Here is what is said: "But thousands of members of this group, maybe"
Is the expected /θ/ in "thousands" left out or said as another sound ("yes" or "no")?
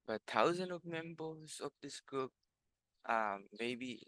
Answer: yes